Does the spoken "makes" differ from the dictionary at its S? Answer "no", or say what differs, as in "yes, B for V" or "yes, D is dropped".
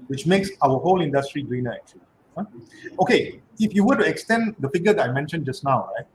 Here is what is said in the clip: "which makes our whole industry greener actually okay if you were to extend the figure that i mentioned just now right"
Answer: no